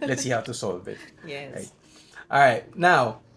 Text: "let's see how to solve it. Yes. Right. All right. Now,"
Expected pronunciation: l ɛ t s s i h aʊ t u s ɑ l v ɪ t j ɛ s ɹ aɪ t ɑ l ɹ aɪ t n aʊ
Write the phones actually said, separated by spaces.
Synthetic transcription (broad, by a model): l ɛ t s s i h aʊ t u s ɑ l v ɪ t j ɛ ɹ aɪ t ɑ l ɹ aɪ t n aʊ